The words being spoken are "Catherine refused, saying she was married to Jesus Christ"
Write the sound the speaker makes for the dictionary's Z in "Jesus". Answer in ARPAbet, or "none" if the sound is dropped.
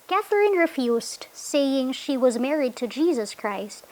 Z